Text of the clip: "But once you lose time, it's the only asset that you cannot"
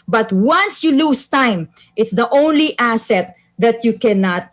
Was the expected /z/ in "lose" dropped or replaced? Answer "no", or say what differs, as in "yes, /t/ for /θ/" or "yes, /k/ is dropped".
yes, /s/ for /z/